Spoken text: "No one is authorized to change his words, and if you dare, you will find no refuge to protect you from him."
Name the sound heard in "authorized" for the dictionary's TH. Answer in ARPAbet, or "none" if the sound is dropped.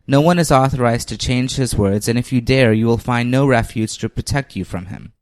TH